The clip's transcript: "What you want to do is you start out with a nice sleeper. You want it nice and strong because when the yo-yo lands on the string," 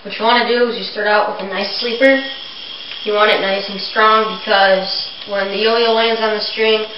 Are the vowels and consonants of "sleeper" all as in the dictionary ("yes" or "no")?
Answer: yes